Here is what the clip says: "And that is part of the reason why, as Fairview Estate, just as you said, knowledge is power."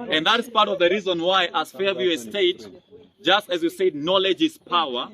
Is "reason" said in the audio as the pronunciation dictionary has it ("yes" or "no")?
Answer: yes